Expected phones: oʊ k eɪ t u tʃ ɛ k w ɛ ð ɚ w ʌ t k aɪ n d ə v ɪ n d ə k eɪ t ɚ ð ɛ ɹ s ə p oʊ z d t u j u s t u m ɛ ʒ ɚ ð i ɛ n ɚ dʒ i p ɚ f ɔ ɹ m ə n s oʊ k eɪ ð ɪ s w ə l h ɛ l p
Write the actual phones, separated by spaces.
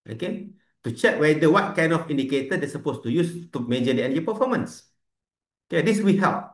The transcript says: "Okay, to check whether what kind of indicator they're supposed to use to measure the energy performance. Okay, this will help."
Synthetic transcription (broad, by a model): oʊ k eɪ t u tʃ ɛ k w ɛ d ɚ w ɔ t k aɪ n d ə f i n d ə k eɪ t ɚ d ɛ s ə p oʊ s t u j u s t u m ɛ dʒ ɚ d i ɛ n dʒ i p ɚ f ɔ m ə n s oʊ k eɪ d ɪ s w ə h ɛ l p